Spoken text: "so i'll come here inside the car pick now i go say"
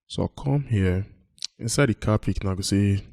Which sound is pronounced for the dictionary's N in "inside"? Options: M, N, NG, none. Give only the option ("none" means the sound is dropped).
N